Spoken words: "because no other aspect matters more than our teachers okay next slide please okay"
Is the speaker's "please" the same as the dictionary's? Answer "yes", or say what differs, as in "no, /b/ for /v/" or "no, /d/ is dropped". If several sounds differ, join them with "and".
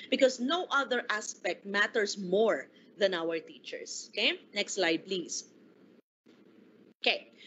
no, /s/ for /z/